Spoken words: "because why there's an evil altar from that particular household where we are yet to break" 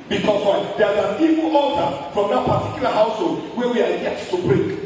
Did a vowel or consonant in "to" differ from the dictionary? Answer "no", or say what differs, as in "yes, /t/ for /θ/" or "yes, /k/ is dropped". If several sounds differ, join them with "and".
yes, /s/ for /t/